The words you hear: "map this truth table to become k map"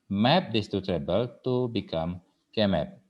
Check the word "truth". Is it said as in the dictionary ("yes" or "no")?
no